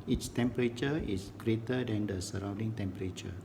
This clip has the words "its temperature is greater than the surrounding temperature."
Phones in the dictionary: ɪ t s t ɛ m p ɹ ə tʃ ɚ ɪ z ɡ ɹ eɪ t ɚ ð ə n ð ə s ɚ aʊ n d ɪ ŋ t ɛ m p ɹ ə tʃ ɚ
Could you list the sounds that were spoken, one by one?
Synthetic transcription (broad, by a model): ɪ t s t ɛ m p ɹ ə tʃ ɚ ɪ s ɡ ɹ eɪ t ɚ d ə n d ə s ɚ aʊ n d ɪ ŋ t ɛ m p ɹ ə tʃ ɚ